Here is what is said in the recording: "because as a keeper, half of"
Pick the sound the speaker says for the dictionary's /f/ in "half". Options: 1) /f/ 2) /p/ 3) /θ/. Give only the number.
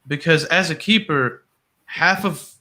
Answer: 1